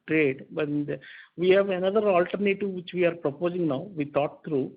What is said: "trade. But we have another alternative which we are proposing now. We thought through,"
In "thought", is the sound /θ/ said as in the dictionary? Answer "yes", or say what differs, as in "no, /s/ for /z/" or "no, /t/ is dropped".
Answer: no, /t/ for /θ/